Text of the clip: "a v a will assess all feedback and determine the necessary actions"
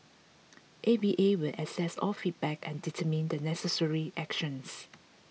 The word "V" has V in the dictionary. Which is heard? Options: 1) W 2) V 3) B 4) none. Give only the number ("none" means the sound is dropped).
3